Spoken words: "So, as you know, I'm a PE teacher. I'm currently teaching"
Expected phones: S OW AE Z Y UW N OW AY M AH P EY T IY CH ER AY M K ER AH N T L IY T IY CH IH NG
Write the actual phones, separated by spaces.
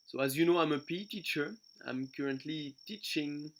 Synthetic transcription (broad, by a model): S OW AE Z Y UW N OW AY M AH P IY T IY CH ER AY M K ER AH N T L IY T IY CH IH NG